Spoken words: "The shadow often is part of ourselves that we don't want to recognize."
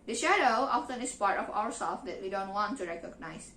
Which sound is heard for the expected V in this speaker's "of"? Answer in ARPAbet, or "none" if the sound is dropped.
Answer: W